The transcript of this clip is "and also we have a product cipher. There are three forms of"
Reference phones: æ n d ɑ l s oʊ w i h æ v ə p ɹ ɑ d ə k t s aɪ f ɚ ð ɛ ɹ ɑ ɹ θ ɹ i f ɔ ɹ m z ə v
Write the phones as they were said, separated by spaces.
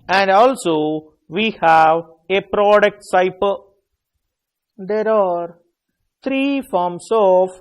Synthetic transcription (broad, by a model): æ n d ɑ l s oʊ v i h æ v ə p ɹ ɑ d ə k t s aɪ p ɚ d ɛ ɹ ɑ ɹ t ɹ i f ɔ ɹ m s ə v